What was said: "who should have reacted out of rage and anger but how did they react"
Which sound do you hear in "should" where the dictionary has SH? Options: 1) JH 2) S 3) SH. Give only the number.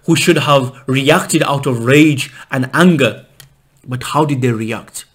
3